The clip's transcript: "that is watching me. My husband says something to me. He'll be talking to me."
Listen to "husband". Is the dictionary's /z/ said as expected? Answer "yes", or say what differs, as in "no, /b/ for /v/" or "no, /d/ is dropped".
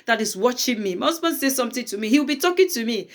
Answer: no, /s/ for /z/